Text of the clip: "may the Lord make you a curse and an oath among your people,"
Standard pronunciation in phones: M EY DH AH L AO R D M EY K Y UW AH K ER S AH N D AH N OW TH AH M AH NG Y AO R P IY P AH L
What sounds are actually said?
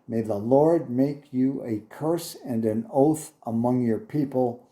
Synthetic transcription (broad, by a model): M EY DH AH L AO R D M EY K Y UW AH K ER S AH N D AH N OW TH AH M AH NG Y AO R P IY P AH L